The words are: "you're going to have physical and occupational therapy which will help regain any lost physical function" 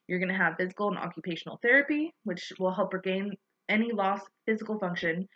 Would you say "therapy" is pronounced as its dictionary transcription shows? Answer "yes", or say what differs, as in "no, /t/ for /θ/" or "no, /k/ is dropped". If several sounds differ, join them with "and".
yes